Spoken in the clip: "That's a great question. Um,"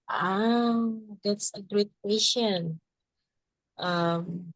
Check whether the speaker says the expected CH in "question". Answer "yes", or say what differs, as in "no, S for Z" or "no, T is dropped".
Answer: no, SH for CH